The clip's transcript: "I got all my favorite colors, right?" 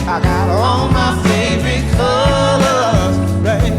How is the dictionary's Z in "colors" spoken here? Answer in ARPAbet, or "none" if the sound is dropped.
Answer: none